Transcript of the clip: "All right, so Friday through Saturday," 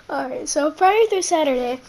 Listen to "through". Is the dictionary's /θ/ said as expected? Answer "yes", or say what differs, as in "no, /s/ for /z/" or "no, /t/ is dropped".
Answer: no, /t/ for /θ/